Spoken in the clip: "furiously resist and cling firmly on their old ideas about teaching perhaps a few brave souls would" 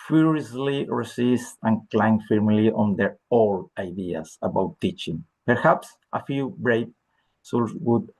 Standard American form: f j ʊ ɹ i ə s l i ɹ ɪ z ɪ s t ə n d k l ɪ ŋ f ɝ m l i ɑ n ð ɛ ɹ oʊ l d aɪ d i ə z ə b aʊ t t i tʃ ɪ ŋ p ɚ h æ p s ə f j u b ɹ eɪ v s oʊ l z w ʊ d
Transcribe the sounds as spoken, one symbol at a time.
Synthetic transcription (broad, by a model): f j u ɹ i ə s l i ɹ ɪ s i s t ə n k l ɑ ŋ f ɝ m l i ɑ n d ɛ ɹ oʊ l aɪ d i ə s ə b aʊ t t i tʃ ɪ ŋ p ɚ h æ p s ə f j u b ɹ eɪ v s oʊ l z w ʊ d